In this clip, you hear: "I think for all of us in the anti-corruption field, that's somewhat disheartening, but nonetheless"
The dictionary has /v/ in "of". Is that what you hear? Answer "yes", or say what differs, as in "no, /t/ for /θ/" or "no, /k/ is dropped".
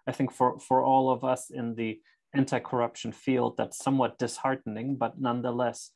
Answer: yes